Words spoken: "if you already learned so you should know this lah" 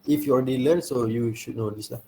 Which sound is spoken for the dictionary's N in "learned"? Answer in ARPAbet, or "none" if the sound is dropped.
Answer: L